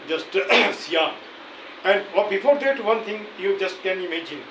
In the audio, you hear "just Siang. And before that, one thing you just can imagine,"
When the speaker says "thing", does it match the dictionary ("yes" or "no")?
no